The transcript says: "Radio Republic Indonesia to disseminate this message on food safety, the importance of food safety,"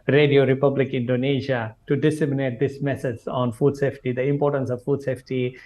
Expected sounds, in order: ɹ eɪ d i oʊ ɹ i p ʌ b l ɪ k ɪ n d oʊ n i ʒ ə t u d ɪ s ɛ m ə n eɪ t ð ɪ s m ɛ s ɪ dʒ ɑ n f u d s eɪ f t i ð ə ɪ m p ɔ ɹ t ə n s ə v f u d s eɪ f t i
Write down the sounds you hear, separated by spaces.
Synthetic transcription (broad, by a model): ɹ eɪ d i oʊ ɹ i p ʌ b l ɪ k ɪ n d oʊ n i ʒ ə t u d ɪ s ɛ m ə n eɪ t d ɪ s m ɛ s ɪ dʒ ɑ n f u d s eɪ f t i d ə ɪ m p ɔ ɹ t ə n s ə v f u d s eɪ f t i